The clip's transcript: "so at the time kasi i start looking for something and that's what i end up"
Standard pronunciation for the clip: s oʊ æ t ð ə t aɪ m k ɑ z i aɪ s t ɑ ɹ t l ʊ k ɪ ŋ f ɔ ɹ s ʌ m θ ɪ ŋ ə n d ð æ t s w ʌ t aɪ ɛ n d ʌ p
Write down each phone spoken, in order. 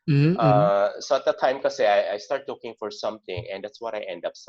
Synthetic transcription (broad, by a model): s oʊ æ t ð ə t aɪ m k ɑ s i aɪ s t ɑ ɹ t l ʊ k ɪ ŋ f ɔ ɹ s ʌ m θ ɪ ŋ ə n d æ t s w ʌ t aɪ ɛ n d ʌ p